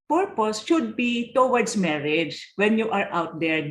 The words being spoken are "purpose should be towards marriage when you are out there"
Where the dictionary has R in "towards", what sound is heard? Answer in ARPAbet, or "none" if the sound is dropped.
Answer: W